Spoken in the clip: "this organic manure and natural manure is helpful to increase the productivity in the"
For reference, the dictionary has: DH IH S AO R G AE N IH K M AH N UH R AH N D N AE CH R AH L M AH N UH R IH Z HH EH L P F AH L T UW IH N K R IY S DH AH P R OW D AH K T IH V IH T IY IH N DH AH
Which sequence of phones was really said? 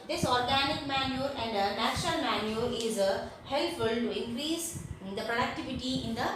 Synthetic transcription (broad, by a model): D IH S AO R G AE N IH K M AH N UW R AH N D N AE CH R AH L M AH N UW R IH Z HH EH L F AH L T UW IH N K R IY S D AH P R OW D AH K T IH V IH T IY IH N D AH